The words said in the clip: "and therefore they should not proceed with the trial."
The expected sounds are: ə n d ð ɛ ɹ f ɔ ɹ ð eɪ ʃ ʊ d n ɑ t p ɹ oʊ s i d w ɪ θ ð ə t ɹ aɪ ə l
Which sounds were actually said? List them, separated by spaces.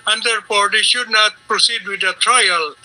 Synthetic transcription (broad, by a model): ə n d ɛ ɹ p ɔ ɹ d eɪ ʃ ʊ d n ɑ t p ɹ oʊ s i d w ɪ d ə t ɹ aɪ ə l